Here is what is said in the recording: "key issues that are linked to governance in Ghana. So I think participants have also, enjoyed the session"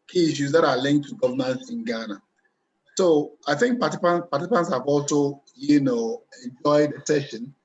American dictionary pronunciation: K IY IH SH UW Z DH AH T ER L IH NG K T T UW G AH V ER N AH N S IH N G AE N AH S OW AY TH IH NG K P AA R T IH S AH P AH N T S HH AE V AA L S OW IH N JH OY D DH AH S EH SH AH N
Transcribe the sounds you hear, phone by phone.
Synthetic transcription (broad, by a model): K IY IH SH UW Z DH AH T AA L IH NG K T T UW G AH V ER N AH N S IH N G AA N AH S OW AY TH IH NG K P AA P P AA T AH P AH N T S HH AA V AA L S OW IH N JH OY D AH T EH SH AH N